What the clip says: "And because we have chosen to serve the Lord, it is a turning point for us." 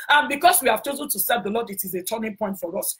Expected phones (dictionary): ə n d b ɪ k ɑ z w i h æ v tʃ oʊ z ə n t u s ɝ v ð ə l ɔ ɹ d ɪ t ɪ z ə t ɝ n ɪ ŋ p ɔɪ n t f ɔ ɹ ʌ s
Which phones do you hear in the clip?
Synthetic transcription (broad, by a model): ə n b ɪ k ɑ s w i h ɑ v tʃ oʊ z ə n t u s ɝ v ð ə l ɔ d ɪ t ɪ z ə t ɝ n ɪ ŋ p ɔɪ n t f ɔ ɹ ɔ s